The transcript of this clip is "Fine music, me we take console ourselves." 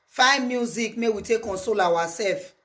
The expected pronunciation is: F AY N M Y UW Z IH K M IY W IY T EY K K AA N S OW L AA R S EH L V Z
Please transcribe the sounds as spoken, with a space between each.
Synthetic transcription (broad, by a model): F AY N M Y UW Z IH K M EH W IY T EY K K AA N S OW L AA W S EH L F